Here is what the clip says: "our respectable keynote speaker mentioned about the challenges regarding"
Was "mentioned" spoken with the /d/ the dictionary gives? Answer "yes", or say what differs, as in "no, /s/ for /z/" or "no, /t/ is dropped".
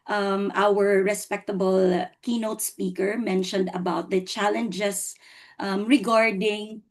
yes